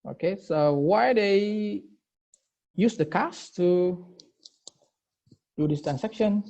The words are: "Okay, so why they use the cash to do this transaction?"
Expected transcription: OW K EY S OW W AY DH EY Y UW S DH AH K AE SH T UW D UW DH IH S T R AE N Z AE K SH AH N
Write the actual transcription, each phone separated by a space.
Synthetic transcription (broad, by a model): OW K EY S OW W AY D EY Y UW S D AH K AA S T UW D UW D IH S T R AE N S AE K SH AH N